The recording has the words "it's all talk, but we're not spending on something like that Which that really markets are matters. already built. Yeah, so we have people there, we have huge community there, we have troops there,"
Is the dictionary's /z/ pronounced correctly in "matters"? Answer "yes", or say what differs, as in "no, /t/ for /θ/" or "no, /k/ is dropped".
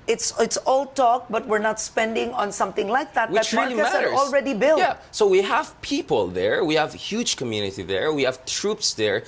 no, /z/ is dropped